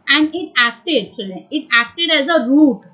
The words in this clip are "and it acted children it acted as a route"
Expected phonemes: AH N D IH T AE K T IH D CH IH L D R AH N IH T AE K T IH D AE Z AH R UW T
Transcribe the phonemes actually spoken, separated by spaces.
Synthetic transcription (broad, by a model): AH N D IH T AE K T IH D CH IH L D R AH IH T AE K T IH D AE Z AH R UW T